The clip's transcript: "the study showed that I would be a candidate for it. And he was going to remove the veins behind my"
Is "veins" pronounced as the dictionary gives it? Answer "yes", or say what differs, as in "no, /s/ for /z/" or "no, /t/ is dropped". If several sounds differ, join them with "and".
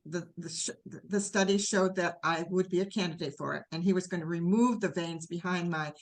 yes